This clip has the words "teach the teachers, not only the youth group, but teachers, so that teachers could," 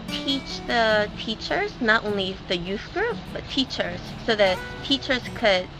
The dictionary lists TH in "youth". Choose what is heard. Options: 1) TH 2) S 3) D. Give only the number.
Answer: 1